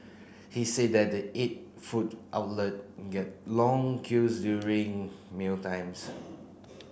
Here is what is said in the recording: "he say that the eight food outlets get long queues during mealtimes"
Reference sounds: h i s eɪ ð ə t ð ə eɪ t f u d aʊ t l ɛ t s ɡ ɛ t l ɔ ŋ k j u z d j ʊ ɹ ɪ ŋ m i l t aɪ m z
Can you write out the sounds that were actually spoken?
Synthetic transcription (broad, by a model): h i s eɪ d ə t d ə eɪ t f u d aʊ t l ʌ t ɡ ɛ t l ɔ ŋ k j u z d j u ɹ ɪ ŋ m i l t aɪ m s